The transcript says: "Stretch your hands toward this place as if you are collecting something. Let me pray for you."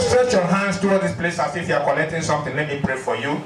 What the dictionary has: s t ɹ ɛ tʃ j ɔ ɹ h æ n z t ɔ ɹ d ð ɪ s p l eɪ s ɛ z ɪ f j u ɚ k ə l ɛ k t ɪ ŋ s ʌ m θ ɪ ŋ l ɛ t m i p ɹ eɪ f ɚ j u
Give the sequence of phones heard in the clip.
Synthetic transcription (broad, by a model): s t ɹ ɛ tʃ j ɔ h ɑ n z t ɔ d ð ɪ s p l eɪ s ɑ s ɪ f j u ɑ k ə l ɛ k t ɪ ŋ s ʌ m t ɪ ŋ l ɛ t m i p ɹ eɪ f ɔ j u